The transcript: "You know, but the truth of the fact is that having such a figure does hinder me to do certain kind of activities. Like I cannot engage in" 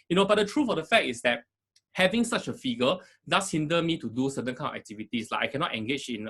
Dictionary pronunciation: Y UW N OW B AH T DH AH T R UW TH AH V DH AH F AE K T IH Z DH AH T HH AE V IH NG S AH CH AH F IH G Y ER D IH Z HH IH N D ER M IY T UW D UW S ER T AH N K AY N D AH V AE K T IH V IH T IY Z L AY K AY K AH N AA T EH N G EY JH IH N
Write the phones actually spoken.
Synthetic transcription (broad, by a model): Y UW N OW B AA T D AH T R UW F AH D AH F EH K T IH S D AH T HH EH V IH NG S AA CH AH F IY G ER D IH S HH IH N D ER M IY T UW D UW S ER T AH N K AY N AH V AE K T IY V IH T IY S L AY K AY K AH N AA T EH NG G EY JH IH N